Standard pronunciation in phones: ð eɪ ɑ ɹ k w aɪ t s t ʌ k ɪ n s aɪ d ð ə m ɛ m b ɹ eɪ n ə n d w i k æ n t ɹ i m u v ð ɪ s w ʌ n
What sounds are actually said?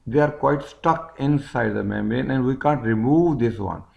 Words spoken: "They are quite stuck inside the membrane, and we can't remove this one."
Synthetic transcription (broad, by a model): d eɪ ɑ ɹ k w aɪ t s t ʌ k ɪ n s aɪ d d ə m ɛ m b eɪ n ə n d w i k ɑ n t ɹ i m u v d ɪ s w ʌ n